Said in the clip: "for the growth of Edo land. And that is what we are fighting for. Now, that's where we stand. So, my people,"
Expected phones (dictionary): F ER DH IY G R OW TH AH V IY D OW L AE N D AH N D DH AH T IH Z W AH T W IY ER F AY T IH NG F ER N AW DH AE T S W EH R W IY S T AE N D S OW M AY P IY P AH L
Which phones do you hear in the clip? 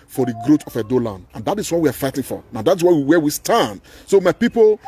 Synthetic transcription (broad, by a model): F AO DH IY G R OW T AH F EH D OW L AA N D AH N D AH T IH S W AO T W IY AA F AY T IH NG F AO N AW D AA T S W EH W W IY S T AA N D S OW M AY P IY P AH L